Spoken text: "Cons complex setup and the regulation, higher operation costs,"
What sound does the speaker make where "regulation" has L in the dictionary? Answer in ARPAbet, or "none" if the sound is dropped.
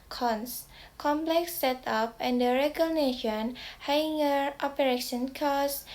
N